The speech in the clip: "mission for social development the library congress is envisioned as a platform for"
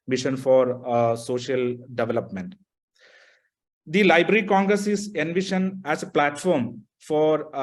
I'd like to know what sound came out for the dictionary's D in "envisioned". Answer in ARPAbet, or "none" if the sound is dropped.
none